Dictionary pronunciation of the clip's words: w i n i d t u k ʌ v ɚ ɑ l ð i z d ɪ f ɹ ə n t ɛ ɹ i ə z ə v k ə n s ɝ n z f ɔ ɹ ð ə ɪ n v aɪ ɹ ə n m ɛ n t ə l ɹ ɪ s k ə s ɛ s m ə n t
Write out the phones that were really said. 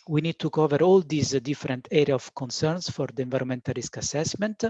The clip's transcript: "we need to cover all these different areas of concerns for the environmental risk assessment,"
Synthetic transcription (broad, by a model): w i n i d t u k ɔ v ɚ ɑ l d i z d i f ɹ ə n t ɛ ɹ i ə ə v k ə n s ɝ n s f ɔ ɹ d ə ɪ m v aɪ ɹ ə m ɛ n t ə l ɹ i s k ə s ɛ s m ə n t